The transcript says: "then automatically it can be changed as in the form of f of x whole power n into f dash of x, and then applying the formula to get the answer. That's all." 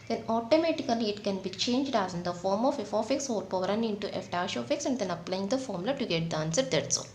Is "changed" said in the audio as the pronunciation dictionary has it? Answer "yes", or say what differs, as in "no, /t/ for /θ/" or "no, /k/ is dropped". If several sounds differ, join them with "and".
yes